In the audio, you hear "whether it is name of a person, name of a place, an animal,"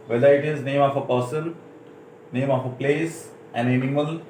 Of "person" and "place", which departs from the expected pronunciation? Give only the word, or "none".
person